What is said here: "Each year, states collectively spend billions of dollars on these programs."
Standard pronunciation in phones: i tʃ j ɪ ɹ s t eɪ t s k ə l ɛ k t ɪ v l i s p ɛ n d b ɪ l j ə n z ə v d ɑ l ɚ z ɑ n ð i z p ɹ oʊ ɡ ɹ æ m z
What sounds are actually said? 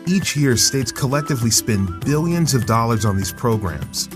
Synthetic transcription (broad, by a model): i tʃ j ɪ ɹ s t eɪ t s k ə l ɛ k t ɪ v l i s p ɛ n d b ɪ l j ə n z ə v d ɑ l ɚ z n ð i z p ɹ oʊ ɡ ɹ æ m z